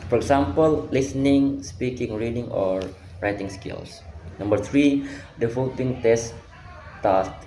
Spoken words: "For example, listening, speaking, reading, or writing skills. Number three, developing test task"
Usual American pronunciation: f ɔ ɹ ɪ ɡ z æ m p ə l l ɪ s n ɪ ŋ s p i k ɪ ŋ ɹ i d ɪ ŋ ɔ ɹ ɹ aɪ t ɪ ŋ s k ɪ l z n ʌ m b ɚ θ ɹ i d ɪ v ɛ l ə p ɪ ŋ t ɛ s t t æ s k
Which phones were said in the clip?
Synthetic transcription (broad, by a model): f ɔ ɹ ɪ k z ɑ m p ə l l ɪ s n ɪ ŋ s p i k ɪ ŋ ɹ i d ɪ ŋ ɔ ɹ ɹ aɪ t ɪ ŋ s k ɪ l s n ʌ m b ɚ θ ɹ i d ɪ f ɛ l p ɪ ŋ t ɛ s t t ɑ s